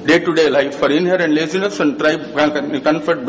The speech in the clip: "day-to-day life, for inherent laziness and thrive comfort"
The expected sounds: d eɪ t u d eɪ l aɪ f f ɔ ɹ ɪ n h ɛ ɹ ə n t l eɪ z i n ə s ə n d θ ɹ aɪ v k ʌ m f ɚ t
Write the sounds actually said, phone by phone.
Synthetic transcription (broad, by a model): d eɪ t u d eɪ l aɪ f f ɔ ɹ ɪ n h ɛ ɹ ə n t l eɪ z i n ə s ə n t ɹ aɪ b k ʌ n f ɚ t